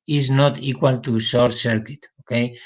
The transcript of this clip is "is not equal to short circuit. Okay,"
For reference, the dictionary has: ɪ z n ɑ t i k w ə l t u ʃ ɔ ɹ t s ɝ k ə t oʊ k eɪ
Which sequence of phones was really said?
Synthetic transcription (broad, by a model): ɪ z n ɑ t i k w ə l t u s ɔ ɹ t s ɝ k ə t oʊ k eɪ